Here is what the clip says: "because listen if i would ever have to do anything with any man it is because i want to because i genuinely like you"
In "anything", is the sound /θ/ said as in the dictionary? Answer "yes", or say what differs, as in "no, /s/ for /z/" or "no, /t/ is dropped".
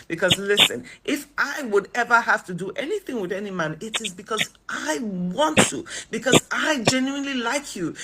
yes